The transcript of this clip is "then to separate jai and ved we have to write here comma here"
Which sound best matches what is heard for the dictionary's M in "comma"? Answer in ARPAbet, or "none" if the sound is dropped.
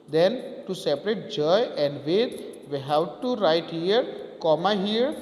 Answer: M